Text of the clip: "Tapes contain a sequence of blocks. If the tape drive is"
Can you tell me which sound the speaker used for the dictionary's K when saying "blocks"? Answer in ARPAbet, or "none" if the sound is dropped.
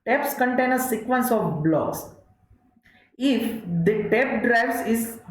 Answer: none